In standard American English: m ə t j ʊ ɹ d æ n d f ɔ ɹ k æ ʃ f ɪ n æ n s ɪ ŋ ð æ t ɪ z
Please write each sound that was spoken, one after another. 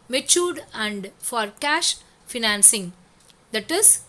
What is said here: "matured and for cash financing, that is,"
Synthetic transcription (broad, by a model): m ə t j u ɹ d æ n d f ɔ ɹ k æ ʃ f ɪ n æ n s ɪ ŋ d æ t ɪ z